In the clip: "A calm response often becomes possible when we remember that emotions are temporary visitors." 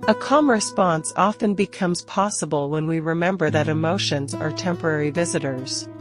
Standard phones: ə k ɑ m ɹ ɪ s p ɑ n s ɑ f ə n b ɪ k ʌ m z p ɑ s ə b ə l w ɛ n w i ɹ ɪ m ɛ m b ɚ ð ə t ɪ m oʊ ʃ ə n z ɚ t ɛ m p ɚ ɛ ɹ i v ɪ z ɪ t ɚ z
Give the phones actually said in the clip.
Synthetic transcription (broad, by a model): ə k ɑ m ɹ ɪ s p ɑ n s ɑ f ə n b ɪ k ʌ m z p ɑ s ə b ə l w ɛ n w i ɹ ɪ m ɛ m b ɚ ð ə t ɪ m oʊ ʃ ə n z ɚ t ɛ m p ɚ ɛ ɹ i v ɪ z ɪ t ɚ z